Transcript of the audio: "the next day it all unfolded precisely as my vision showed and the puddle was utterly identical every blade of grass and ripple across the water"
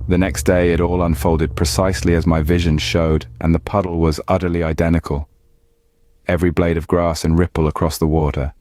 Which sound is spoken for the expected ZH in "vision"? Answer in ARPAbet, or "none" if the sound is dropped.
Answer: ZH